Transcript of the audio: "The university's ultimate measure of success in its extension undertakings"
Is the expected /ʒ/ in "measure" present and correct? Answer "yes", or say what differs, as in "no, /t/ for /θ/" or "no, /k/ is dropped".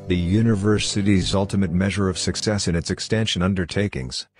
yes